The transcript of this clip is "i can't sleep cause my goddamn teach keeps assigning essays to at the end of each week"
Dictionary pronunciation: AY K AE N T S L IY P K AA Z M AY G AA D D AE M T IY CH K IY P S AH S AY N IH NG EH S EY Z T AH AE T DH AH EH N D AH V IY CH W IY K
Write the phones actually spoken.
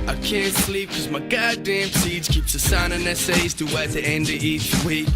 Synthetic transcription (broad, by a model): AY K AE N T S L IY P K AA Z M AY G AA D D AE M S IY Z K IY P S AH S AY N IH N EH S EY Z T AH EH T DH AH EH N D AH IY CH W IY K